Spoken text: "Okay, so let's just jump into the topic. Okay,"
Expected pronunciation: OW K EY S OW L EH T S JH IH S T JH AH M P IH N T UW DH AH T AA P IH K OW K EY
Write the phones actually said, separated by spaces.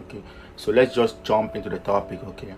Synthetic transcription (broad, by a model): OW K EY S OW L EH T S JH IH S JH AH M P IH N T UW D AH T AA P IH K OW K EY